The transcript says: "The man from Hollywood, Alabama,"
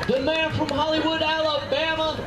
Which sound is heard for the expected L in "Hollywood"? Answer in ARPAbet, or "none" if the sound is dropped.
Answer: L